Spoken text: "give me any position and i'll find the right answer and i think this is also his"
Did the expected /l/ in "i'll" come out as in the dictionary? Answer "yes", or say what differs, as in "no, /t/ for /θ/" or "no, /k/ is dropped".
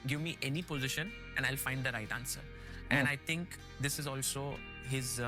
yes